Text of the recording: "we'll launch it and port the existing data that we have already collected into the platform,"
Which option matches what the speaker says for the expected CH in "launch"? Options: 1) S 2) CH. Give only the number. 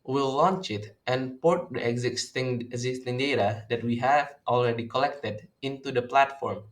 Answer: 2